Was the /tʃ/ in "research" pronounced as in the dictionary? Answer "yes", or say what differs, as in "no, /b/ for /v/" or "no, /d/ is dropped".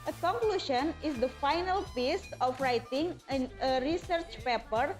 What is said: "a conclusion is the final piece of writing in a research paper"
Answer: yes